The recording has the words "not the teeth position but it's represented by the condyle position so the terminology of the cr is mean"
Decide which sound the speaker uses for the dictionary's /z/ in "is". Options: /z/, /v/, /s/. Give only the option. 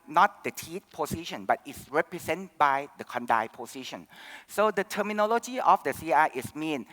/s/